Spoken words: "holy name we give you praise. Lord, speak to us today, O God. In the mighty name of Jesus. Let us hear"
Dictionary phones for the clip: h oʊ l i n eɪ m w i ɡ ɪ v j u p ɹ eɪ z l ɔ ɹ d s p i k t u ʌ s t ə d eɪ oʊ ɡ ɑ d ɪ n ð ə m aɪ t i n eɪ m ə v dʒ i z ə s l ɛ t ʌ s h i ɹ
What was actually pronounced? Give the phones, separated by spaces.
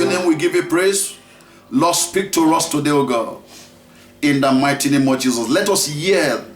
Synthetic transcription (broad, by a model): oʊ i n eɪ m w i ɡ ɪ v j u p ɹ eɪ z l ɔ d s p i k t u ʌ s t ə d eɪ oʊ ɡ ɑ ɪ n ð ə m aɪ t i n eɪ m ə v dʒ i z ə s l ɛ t ʌ s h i